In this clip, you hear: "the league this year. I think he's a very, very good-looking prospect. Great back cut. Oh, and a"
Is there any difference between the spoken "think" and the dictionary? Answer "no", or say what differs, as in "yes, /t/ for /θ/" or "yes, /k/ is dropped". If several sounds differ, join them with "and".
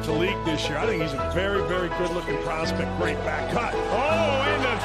no